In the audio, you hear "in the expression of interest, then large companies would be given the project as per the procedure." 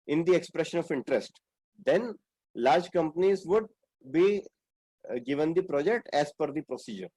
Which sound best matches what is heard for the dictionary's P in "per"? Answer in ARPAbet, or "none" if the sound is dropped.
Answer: F